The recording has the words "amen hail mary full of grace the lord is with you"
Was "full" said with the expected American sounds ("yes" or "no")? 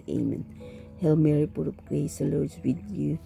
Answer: no